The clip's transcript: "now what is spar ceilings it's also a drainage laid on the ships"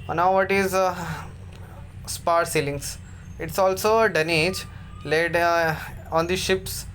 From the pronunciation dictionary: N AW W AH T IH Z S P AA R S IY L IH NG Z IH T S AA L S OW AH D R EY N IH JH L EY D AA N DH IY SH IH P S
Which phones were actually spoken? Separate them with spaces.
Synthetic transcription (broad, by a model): N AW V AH T IH Z S P AA R S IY L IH NG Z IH T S AA L S OW AH D EY N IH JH L EY D AA N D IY SH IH P S